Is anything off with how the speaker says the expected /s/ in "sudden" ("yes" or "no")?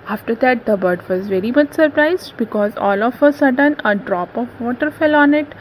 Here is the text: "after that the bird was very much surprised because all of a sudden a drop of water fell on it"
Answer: no